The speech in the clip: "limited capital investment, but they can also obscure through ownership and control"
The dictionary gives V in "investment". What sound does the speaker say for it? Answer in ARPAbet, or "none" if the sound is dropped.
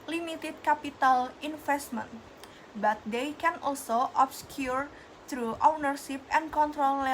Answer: F